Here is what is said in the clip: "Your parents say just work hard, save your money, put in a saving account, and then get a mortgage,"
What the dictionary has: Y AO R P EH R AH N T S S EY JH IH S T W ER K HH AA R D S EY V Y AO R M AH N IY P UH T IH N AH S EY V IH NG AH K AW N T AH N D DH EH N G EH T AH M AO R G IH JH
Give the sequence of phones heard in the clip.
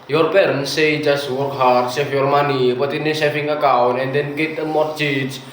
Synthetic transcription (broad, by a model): Y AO R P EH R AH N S S EY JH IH S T W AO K HH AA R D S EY F Y AO R M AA N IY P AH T IH N AH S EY F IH NG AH K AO N AH N D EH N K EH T AH M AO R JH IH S